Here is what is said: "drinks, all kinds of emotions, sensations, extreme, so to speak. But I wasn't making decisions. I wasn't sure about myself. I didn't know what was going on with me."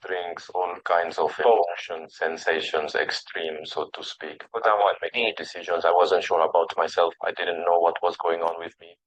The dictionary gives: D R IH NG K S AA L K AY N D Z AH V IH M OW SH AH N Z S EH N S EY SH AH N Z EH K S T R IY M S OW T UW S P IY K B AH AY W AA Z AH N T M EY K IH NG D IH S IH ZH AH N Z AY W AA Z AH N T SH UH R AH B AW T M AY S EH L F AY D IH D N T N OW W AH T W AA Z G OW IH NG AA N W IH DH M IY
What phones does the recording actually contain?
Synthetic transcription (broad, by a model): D R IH NG K S AA L K AY N D Z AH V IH OW SH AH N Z S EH N S EY SH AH N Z EH K S T R IY M S OW T UW S P IY K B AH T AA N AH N M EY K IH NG D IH S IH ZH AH N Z AY W AA Z AH N T SH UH R AH B AW T M AY S EH L F AY D IH D N T N OW W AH T W AA Z G OW IH NG AA N W IH DH M IY